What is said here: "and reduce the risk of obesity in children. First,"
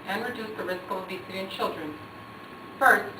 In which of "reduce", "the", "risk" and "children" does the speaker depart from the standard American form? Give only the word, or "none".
none